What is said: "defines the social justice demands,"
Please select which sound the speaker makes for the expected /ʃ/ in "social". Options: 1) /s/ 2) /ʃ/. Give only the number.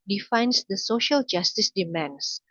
2